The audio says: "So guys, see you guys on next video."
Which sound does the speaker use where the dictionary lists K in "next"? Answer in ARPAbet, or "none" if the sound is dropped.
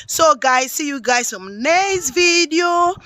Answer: none